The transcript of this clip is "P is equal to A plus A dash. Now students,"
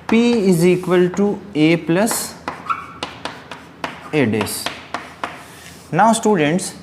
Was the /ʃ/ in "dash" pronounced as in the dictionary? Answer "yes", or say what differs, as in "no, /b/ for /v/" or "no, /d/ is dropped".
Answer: no, /s/ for /ʃ/